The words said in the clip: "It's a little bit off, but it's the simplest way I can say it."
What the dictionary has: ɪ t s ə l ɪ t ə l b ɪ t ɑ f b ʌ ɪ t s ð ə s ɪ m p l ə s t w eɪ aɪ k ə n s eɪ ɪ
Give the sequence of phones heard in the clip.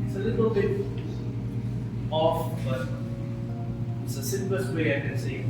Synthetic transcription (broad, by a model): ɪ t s ə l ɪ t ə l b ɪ ɑ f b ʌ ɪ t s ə s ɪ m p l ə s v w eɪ aɪ k ə n s eɪ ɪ